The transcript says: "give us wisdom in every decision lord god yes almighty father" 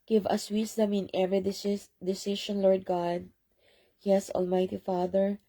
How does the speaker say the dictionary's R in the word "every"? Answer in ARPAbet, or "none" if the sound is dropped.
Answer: none